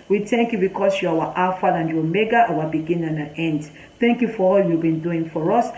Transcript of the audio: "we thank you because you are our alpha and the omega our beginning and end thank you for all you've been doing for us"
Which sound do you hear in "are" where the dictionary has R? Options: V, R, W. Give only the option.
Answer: W